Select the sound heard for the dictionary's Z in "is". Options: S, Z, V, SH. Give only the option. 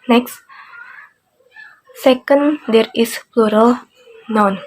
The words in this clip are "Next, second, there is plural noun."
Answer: S